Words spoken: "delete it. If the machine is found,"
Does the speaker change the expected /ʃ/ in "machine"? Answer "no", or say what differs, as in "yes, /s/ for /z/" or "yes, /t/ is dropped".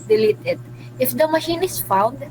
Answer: no